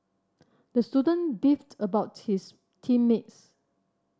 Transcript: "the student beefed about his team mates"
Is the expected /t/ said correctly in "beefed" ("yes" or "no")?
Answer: yes